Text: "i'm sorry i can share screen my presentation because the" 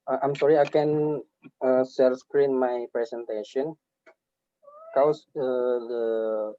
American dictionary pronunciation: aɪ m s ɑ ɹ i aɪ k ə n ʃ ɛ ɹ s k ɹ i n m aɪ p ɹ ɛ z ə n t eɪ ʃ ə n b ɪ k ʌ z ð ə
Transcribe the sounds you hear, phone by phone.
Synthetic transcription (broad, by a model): aɪ m s ɑ ɹ i aɪ k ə n s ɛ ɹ s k ɹ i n m aɪ p ɹ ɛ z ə n t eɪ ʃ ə n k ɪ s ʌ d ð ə